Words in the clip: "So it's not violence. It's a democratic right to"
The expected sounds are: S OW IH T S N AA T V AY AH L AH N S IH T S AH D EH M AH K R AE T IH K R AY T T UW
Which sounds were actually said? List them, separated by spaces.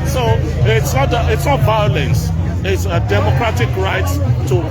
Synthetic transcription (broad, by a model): S OW IH T S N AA T V AY AH L AH N S IH T S AH D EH M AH K R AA T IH K R AY T T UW